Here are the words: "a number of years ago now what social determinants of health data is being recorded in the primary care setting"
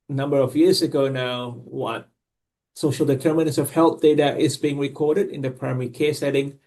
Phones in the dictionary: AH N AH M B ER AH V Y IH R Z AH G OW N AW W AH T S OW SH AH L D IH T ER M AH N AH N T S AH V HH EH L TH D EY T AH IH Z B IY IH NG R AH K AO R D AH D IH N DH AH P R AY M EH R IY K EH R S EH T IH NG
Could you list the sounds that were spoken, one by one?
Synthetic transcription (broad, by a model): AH N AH M B ER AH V Y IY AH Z AH G OW N AW W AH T S OW SH AH L D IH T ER M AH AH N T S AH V HH EH L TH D EY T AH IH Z B IY IH NG R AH K AO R D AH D IH N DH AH P R AY M EH R IY K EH S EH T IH NG